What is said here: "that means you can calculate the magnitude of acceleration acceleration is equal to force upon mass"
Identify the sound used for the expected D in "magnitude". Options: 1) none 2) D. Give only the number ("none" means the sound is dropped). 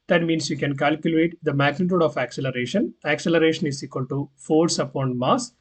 2